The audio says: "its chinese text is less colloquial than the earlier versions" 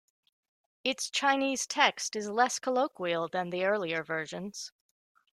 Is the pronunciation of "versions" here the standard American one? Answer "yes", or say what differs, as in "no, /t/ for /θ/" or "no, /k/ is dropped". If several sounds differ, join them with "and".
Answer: yes